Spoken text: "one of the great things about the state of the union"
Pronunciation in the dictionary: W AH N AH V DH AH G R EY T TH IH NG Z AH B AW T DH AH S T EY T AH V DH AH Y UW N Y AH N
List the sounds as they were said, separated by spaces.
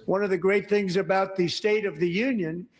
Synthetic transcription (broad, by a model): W AH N AH V DH AH G R EY T TH IH NG Z AH B AW T DH AH S T EY T AH V DH AH Y UW N Y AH N